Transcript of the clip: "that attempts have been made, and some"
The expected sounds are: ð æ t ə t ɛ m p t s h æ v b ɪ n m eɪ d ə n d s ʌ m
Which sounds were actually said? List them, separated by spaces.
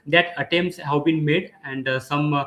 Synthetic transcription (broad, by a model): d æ t ə t ɛ m p t s h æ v b ɪ n m eɪ d ə n d s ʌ m